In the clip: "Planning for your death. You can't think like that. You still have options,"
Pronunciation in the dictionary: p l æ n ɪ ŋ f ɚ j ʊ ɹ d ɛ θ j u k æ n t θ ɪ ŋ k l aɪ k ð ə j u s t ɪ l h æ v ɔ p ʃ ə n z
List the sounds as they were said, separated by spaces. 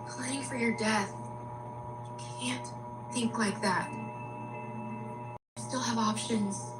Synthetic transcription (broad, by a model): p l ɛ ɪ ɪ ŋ f ɚ j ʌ ɹ d ɛ θ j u k æ n t θ ɪ ŋ k l aɪ k ð ə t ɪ s t ɪ l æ v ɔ p ʃ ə n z